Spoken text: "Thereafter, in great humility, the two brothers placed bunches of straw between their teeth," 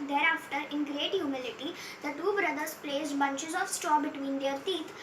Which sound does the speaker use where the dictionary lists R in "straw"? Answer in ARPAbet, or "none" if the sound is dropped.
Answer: none